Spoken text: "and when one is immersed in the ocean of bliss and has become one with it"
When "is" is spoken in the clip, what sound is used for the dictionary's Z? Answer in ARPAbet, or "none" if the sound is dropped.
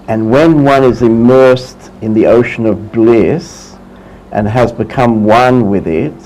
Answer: Z